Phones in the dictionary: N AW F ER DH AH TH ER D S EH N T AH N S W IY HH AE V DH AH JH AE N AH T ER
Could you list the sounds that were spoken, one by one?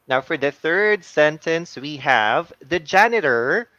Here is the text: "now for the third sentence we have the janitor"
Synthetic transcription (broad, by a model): N AW F ER DH AH TH ER D S EH N T AH N S W IY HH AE V DH AH JH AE N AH T ER